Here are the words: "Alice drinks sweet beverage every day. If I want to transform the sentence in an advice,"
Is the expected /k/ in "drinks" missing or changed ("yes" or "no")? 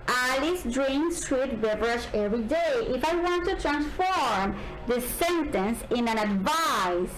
yes